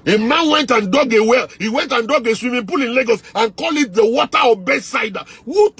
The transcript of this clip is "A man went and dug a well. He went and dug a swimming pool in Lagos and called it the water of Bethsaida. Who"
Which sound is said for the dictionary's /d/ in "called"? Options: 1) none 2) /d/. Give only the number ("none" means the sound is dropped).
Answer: 1